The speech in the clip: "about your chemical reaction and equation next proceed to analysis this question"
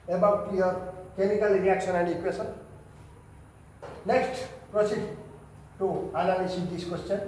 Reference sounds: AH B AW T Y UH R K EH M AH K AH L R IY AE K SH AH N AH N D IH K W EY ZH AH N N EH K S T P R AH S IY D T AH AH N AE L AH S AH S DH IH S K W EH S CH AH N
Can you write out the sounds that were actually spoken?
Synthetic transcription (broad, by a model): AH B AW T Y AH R K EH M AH K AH L R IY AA K S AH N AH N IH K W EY S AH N N EH K S T P R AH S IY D T AH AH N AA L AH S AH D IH S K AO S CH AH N